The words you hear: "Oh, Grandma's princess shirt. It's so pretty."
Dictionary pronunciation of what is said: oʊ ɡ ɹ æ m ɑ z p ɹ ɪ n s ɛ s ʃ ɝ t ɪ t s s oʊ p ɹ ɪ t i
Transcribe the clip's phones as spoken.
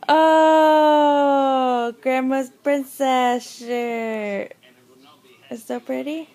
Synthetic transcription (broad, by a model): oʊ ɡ ɹ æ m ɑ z p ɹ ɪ n s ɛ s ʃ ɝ ɪ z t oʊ p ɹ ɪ t i